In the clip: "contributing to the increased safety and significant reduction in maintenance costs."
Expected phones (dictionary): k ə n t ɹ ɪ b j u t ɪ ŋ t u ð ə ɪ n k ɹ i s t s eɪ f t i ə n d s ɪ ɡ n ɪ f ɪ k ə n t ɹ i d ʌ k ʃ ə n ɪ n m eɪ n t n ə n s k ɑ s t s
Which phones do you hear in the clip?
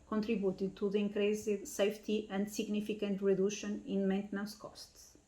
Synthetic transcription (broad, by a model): k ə n t ɹ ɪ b j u t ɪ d t u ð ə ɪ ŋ k ɹ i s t s eɪ f t i ə n d s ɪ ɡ n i f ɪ k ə n t ɹ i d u ʃ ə n ɪ n m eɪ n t n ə s k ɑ s t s